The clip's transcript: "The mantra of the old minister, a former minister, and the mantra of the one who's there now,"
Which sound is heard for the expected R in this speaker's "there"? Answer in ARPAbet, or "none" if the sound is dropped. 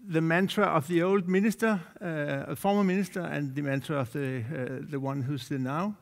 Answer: L